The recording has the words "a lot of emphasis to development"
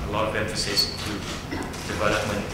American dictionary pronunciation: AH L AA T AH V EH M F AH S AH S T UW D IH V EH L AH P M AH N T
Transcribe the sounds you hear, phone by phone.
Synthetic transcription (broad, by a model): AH L AA T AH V EH M F AH S AH S T UW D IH V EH L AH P M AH N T